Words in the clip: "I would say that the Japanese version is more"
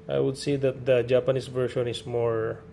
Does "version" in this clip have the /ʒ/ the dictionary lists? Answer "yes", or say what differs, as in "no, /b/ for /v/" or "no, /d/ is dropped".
no, /ʃ/ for /ʒ/